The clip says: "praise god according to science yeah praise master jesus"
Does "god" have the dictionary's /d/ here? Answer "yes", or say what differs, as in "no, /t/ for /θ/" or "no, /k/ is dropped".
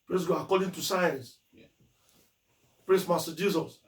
no, /d/ is dropped